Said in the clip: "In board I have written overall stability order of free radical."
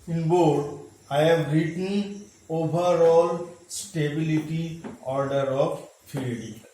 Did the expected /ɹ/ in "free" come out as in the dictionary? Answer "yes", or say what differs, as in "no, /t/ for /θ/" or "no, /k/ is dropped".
no, /ɹ/ is dropped